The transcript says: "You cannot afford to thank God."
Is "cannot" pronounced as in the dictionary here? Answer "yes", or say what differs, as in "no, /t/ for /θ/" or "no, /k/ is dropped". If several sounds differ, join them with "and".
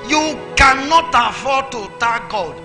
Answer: yes